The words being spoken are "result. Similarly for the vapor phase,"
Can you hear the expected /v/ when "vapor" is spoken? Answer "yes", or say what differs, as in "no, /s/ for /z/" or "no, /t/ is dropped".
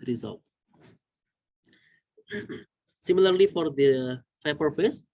no, /f/ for /v/